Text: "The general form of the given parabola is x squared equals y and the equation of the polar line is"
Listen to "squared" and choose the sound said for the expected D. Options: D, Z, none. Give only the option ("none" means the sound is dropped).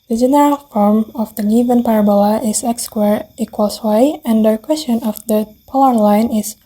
none